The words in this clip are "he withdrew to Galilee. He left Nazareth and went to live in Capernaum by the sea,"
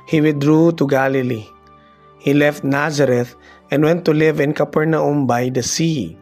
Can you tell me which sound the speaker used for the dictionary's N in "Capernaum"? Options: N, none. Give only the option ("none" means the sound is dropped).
N